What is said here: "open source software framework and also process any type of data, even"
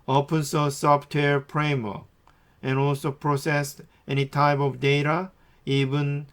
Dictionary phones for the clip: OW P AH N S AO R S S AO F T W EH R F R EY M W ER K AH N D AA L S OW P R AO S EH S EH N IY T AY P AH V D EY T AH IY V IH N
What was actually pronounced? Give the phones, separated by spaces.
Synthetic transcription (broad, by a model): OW P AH N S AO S S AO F T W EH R P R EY M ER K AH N AA L S OW P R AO S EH S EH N IY T AY P AH V D EY T AH IY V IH N